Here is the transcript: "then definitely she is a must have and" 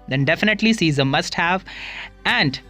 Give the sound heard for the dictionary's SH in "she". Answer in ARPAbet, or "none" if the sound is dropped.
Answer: S